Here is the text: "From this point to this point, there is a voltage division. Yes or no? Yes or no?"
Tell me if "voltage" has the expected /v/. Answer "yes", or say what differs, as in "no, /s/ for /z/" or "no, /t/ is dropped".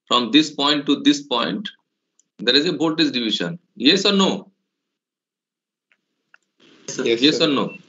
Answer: no, /b/ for /v/